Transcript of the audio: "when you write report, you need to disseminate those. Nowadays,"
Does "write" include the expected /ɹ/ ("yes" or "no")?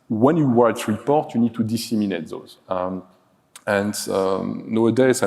no